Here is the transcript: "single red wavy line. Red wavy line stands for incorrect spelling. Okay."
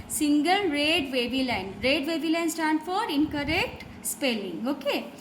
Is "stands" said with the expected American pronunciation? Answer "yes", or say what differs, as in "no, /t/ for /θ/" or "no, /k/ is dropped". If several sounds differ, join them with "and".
no, /z/ is dropped